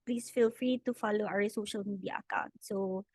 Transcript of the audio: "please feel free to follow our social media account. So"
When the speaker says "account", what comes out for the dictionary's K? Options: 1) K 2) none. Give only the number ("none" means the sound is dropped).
1